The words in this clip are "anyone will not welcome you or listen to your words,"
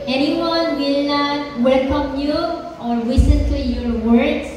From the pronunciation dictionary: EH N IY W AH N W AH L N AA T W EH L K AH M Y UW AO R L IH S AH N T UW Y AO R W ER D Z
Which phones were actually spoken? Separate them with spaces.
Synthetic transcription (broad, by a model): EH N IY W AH N W AH L N AA T W EH L K AH M Y UW AO R W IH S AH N T UW Y AO R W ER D